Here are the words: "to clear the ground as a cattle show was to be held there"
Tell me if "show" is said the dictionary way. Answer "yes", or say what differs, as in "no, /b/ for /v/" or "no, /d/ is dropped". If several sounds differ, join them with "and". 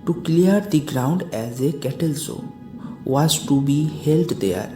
no, /s/ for /ʃ/